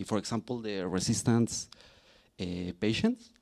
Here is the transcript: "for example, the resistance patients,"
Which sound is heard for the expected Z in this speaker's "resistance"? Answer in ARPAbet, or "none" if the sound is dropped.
S